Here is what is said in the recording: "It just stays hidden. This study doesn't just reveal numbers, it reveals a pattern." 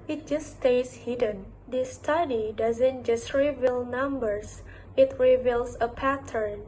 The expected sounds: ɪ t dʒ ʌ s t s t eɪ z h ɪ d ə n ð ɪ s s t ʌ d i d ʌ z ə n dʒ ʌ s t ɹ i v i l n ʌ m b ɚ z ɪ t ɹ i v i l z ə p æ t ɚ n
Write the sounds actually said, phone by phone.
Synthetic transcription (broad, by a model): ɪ t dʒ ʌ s s t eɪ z h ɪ d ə n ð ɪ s s t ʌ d i d ʌ z ə n dʒ ʌ s t ɹ i v i l n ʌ m b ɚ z ɪ t ɹ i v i l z ə p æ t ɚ n